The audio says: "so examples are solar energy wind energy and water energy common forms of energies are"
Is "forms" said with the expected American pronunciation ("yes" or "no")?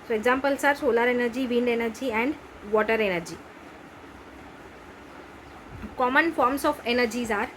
no